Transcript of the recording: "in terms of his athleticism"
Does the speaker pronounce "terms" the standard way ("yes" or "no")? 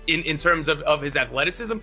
yes